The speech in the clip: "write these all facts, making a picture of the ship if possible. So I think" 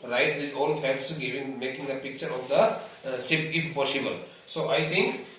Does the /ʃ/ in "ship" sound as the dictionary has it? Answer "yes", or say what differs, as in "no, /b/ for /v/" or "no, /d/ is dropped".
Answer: no, /s/ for /ʃ/